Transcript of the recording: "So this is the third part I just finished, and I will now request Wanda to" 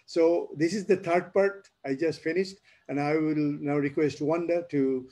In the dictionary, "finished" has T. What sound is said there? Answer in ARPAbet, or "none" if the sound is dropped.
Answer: T